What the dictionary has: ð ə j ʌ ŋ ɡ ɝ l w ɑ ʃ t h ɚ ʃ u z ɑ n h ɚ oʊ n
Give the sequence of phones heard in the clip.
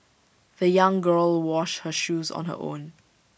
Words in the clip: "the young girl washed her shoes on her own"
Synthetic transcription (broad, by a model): ð ə j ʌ ŋ ɡ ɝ l w ɑ ʃ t h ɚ ʃ u z ɑ n h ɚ oʊ n